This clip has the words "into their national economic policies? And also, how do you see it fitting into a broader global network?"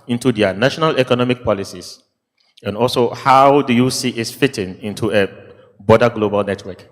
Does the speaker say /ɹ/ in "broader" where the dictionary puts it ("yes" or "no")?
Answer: no